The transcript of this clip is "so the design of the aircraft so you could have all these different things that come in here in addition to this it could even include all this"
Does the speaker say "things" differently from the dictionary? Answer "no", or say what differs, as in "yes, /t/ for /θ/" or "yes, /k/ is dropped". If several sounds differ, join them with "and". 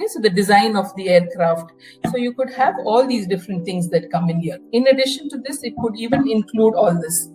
yes, /t/ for /θ/